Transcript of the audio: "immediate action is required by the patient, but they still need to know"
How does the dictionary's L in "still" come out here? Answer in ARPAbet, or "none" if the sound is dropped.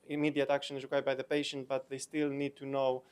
L